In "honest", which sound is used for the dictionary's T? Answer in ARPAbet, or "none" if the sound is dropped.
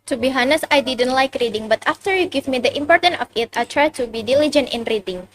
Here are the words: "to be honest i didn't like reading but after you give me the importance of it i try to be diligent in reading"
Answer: none